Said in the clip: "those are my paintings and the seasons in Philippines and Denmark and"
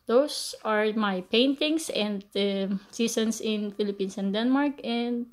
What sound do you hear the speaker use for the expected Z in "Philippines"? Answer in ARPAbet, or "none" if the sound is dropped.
S